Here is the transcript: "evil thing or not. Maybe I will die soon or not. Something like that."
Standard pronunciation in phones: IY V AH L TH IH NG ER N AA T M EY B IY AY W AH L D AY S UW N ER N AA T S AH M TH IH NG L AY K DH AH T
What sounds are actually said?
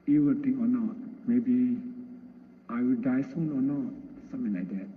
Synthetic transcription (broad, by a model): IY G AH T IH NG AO N AA T M EY B IY AY W AH L D AY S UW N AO N AA T S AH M T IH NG L AY K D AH T